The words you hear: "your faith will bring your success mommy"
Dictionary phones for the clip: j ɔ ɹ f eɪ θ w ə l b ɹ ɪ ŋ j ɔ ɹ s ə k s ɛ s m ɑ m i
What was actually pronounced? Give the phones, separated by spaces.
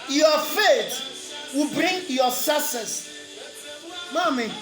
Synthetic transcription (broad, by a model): j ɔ f eɪ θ w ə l b ɹ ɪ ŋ j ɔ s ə s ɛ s m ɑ m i